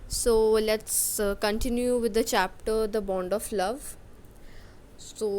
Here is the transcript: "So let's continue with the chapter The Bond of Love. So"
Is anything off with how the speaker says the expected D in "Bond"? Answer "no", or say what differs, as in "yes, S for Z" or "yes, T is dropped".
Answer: no